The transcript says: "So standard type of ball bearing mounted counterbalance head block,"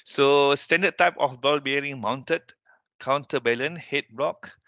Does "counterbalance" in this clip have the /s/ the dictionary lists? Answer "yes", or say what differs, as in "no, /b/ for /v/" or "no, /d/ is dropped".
no, /s/ is dropped